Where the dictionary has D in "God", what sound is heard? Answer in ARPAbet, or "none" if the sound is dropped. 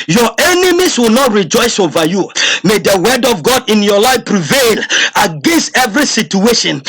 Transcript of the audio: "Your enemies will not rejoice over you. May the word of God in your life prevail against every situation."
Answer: D